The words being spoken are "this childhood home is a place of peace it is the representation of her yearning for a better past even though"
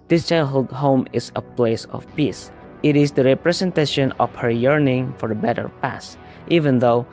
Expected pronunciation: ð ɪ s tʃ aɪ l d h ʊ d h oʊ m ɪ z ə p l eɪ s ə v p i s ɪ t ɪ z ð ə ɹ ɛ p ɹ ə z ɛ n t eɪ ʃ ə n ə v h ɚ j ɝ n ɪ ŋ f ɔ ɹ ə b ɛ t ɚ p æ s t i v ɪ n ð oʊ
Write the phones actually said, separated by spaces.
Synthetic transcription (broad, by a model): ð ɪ s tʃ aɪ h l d h oʊ m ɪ s ə p l eɪ s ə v p i s ɪ t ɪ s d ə ɹ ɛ p ɹ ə s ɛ n t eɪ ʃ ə n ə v h ɚ j ɝ n ɪ ŋ f ɔ ɹ ə b ɛ t ɚ p æ s t i v ɪ n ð oʊ